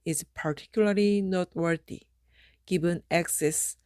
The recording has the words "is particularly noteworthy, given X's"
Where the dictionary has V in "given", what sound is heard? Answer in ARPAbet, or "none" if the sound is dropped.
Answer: B